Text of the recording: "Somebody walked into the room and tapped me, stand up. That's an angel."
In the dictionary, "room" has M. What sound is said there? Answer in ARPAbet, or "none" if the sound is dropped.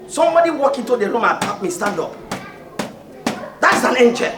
M